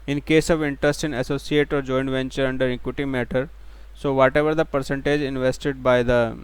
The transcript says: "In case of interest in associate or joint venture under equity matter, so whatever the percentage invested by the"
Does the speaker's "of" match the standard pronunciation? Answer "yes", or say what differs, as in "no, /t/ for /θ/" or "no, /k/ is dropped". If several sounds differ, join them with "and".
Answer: yes